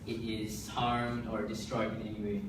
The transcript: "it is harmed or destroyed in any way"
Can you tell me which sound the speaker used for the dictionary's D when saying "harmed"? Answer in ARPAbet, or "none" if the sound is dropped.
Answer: D